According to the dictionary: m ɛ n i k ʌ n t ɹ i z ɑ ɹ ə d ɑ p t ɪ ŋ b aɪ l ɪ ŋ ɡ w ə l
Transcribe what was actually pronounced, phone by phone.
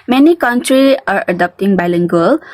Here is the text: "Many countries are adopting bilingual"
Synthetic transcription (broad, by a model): m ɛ n i k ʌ n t ɹ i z ɑ ɹ ə d ɑ p t ɪ ŋ b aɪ l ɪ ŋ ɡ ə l